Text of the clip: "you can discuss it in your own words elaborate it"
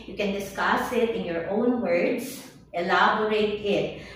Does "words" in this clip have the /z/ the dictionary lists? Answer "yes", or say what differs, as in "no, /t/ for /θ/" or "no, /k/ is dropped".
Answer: no, /s/ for /z/